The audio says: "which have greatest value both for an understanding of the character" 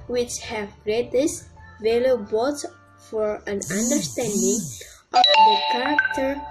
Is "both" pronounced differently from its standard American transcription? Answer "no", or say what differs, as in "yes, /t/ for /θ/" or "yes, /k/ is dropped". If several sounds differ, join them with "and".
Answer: yes, /s/ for /θ/